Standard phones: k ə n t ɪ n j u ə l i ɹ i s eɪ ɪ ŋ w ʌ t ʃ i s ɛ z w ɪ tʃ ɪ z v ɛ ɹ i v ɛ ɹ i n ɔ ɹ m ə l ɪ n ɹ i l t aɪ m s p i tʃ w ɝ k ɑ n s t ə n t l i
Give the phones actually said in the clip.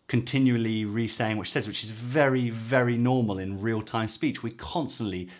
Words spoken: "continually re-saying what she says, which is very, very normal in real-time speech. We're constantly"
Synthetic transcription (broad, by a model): k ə n t ɪ n j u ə l i ɹ i s eɪ ɪ ŋ w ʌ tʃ s ɛ z w ɪ tʃ ɪ z v ɛ ɹ i v ɛ ɹ i n ɔ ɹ m ə l ɪ n ɹ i l t aɪ m s p i tʃ w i k ɑ n s t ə n t l i